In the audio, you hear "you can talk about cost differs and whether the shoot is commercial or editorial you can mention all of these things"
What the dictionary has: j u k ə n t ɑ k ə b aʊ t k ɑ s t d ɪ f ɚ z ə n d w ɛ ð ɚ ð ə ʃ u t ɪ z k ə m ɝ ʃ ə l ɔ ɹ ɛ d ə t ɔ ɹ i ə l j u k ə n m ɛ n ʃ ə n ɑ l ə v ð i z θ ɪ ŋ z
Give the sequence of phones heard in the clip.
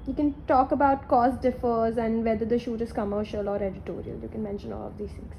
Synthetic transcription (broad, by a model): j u k ə n t ɑ k ə b aʊ t k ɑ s d ɪ f ɚ z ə n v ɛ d ɚ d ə ʃ u t ɪ z k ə m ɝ ʃ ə l ɔ ɹ ɛ d ə t ɔ ɹ i ə l j u k ə n m ɛ n ʃ ə n ɑ l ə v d i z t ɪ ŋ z